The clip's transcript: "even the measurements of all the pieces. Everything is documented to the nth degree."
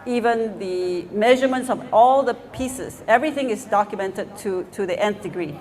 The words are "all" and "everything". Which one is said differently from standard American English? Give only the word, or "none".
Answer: none